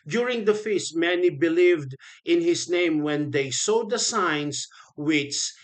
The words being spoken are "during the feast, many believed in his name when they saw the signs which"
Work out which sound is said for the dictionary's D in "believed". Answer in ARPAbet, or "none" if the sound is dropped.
D